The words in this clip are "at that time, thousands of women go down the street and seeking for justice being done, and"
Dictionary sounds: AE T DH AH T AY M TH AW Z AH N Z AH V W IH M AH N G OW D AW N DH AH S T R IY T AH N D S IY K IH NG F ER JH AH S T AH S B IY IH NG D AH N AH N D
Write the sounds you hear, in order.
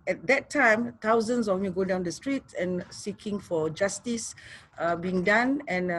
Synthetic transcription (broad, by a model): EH T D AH T AY M T AW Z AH N S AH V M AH G OW D AW N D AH S T R IY T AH N S IY K IH NG F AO JH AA S T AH S B IY IH NG D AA N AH N